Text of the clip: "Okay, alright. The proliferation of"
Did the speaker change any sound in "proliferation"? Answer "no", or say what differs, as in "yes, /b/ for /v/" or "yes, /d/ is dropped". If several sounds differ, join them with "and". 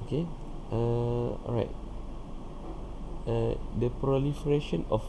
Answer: no